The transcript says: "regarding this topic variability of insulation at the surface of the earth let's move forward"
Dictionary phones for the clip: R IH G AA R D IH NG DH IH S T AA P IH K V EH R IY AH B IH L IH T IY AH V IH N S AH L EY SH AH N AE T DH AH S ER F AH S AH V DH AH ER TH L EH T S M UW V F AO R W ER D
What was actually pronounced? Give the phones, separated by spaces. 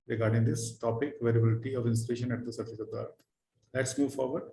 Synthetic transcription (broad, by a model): R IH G AA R D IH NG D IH S T AA P IH K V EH R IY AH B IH L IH T IY AH V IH N S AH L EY SH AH N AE T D AH S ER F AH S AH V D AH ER T L EH T S M UW V F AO R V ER D